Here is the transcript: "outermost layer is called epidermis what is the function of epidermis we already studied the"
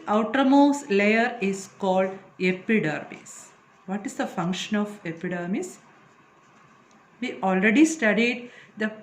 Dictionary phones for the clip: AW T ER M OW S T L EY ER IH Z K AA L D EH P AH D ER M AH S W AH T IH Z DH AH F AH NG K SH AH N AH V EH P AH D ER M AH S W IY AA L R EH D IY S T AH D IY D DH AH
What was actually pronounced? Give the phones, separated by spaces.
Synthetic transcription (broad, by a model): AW T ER M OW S L EY ER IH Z K AA L D EH P AH D ER M AH S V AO T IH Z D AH F AH NG K SH AH N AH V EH P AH D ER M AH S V IY AA L R EH D IY S T AH D IY D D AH